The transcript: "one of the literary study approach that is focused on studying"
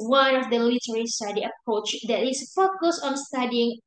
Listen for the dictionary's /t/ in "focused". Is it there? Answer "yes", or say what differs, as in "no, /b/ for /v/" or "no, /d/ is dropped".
no, /t/ is dropped